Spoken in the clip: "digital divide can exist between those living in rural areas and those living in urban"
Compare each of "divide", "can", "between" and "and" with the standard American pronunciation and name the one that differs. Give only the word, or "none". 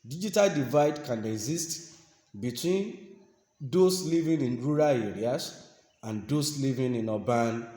none